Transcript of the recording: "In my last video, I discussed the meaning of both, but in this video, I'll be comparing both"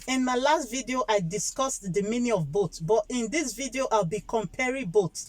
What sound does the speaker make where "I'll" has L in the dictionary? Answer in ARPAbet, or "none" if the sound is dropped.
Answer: L